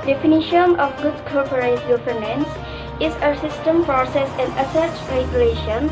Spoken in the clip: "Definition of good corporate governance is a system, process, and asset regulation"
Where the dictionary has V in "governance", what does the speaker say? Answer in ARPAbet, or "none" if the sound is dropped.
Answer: P